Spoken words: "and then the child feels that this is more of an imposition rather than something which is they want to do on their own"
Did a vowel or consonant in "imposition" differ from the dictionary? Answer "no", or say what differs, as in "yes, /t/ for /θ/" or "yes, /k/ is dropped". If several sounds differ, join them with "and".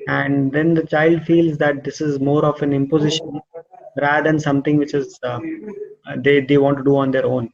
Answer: no